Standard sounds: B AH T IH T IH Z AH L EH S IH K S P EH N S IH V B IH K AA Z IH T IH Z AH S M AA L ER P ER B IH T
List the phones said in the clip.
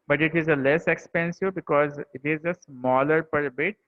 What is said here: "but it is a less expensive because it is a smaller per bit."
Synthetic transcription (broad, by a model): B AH T IH T IH Z AH L EH S IH K S P EH N S IH V B IH K AA Z IH T IH Z AH S M AA L ER P ER B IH T